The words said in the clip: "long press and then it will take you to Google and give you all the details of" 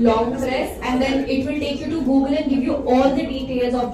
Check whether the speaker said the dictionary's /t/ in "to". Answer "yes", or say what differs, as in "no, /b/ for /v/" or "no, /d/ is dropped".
yes